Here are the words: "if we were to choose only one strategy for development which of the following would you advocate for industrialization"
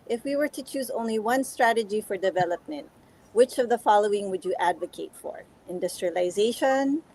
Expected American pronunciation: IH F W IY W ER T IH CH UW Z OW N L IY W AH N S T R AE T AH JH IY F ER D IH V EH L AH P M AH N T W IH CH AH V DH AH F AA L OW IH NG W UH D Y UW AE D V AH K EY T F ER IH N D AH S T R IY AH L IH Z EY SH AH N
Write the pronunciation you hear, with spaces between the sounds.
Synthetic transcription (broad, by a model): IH F W IY W ER T IH CH UW Z OW N L IY W AH N S T R AE T AH JH IY F ER D IH V EH L AH P M AH N T W IH CH AH V DH AH F AA L OW IH NG W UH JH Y AE D V AH K EY T F ER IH N D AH S T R IY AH L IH Z EY SH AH N